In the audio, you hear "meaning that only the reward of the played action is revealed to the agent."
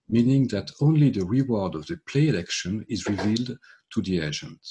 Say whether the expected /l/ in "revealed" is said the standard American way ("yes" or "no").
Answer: yes